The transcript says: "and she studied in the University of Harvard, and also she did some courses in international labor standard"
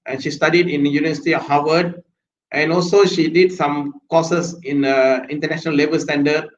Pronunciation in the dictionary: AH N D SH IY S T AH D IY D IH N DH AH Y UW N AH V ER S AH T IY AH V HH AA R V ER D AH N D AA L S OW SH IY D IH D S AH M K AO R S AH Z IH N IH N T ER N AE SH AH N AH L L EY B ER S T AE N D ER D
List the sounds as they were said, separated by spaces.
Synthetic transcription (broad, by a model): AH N SH IY S T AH D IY D IH N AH Y UW N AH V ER S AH T IY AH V HH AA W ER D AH N AA L S OW SH IY D IH D S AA M K AO S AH S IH N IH N T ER N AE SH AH N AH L L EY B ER S T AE N D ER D